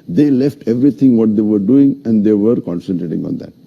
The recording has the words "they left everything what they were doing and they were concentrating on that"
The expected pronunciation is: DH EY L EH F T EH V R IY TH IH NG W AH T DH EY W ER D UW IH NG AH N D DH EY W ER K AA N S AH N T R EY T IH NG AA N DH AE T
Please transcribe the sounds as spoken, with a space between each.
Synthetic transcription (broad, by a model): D EY L EH F T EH V R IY T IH NG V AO T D EY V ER D UW IH NG AH N D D EY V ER K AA N S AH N T R EY T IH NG AA N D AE T